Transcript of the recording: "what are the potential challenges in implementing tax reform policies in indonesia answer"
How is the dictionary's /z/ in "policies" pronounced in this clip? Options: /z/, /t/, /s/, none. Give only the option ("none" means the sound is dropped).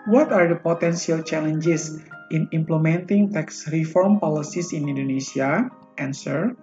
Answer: /s/